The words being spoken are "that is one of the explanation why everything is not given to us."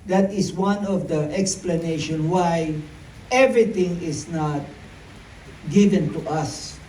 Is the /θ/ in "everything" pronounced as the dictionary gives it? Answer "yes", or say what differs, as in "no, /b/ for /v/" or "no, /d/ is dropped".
no, /t/ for /θ/